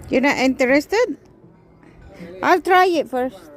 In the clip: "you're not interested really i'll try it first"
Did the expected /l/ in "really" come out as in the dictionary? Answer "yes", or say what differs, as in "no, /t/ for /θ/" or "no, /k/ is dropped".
no, /l/ is dropped